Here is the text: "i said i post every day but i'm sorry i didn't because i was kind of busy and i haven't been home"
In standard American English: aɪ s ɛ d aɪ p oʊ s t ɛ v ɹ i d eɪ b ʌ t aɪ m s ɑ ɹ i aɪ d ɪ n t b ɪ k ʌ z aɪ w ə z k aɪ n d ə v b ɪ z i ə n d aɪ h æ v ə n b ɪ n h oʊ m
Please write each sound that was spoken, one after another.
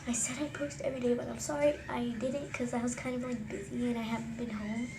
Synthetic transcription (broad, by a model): aɪ s ɛ d aɪ p oʊ s t ɛ v ɹ i d eɪ b ʌ t aɪ m s ɑ ɹ i aɪ d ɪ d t k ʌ z aɪ w ə z k aɪ n d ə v b ɪ z i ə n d aɪ h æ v n b ɪ n h oʊ m